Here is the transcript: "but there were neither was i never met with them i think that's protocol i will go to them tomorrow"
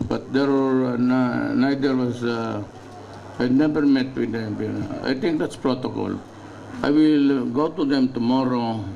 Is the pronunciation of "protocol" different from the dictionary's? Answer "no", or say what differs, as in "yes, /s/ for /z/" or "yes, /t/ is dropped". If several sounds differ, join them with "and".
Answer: no